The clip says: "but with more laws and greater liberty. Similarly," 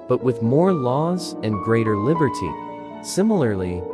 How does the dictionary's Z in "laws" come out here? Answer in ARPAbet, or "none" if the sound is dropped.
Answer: Z